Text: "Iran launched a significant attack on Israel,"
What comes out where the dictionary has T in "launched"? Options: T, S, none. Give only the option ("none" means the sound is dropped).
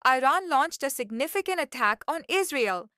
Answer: T